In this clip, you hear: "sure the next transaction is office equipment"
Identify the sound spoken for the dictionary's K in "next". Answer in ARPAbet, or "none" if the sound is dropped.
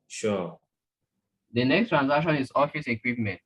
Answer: K